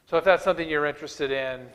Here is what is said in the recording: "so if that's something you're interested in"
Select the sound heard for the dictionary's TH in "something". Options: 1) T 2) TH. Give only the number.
2